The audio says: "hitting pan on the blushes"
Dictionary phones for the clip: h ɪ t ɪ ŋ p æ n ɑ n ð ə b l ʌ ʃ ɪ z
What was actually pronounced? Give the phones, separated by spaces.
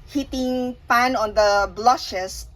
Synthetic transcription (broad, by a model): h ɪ t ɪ ŋ p æ n ɑ n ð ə b l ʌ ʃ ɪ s